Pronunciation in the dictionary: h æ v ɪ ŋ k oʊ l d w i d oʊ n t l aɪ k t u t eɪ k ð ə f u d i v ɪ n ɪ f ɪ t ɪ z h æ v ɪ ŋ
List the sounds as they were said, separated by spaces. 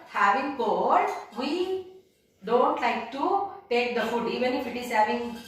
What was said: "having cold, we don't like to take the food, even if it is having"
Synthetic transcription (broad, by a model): h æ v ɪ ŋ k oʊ d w i d oʊ n t l aɪ k t u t eɪ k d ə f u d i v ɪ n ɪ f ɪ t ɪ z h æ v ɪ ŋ